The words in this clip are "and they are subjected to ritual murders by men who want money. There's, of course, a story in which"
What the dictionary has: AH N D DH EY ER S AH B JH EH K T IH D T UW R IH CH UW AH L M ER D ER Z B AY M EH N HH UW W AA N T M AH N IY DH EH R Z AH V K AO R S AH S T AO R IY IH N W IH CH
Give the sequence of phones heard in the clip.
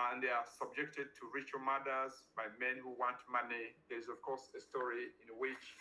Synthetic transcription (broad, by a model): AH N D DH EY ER S AH B JH EH K T IH D T UW R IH CH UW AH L M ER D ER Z B AY M EH N HH UW W AA N T M AH N IY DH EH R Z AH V K AO R S AH S T AO R IY IH N W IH CH